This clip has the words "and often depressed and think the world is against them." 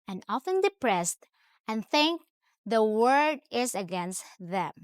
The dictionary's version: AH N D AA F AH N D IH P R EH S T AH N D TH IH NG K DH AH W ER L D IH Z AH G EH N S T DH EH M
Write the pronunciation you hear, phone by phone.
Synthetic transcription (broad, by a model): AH N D AA F AH N D IH P R EH S T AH N TH IH NG K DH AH W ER D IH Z AH G EH N S T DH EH M